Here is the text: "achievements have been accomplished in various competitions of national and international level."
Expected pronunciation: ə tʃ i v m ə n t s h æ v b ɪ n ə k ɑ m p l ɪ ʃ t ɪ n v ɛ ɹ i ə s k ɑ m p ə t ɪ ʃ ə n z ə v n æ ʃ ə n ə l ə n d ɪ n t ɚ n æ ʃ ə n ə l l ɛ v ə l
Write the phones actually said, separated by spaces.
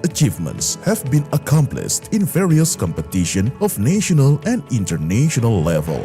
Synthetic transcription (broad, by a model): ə tʃ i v m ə n t s h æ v b ɪ n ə k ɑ m p l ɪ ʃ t ɪ n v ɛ ɹ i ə s k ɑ m p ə t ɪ ʃ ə n ə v n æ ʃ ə n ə l ə n d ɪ n t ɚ n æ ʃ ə n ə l l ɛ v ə l